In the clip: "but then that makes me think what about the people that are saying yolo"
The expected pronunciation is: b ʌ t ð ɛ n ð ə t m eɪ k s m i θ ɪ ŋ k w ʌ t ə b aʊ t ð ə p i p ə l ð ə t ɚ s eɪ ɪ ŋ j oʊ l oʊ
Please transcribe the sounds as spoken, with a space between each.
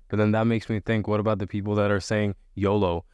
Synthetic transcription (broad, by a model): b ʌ t ð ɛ n ð ə t m eɪ k s m i θ ɪ ŋ k w ʌ t ə b aʊ t ð ə p i p l ð ə t ɚ s eɪ ɪ ŋ j oʊ l oʊ